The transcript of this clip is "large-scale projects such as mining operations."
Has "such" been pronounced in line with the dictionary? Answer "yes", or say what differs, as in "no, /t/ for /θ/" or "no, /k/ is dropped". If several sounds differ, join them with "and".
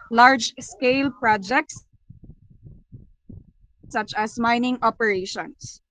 yes